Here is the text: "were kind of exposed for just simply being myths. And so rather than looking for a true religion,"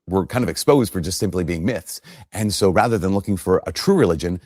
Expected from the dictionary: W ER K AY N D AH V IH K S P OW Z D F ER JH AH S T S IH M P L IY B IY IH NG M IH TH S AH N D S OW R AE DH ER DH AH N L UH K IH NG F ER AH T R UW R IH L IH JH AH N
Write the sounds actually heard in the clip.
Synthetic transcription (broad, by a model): W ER K AY N D AH V IH K S P OW Z D F ER JH AH S T S IH M P L IY B IY IH NG M IH TH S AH N S OW R AE DH ER DH AH N L UH K IH NG F ER AH T R UW R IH L IH JH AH N